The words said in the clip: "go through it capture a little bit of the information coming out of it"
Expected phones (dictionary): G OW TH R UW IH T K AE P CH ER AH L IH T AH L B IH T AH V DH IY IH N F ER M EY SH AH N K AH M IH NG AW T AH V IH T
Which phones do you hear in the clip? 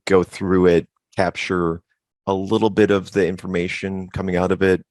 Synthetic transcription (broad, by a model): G OW TH R UW IH T K AE P CH ER AH L IH T L B IH T AH V DH IY IH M F ER M EY SH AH N K AH M IH NG AW T AH V IH T